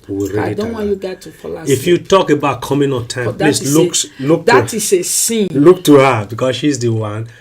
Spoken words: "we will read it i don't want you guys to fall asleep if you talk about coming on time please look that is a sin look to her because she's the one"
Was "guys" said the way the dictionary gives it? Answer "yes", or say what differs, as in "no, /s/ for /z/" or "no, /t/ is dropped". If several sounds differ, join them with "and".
no, /z/ is dropped